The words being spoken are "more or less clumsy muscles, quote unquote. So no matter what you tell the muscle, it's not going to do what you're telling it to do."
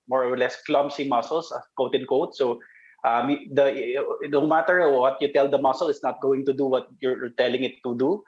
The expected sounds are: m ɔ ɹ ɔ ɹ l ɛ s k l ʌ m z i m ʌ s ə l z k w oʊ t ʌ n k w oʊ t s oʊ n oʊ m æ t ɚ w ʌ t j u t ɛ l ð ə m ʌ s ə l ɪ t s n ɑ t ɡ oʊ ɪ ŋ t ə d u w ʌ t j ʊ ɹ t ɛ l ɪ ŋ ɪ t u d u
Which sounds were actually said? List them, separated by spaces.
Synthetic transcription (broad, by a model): m ɔ ɹ ɔ ɹ l ɛ s k l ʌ m s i m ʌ s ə l s k oʊ t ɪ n k oʊ t s oʊ n oʊ m æ t ɚ w ʌ t j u t ɛ l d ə m ʌ s ə l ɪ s n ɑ t ɡ oʊ ɪ ŋ t ə d u w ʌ t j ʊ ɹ t ɛ l ɪ ŋ ɪ t u d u